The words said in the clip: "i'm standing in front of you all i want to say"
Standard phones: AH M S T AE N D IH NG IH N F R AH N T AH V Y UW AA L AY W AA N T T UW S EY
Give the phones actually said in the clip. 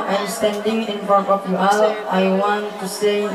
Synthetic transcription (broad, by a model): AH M S T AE N D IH NG IH N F AO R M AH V Y UW AA L AY W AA N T T UW S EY